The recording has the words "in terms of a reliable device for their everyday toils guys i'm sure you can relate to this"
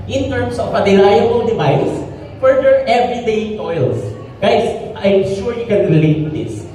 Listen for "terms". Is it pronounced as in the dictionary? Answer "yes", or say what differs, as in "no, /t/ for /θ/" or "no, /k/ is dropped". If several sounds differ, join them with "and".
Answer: no, /s/ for /z/